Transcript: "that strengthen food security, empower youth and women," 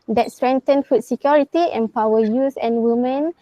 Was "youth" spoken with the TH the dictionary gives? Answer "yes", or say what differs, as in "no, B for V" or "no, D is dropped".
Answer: no, S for TH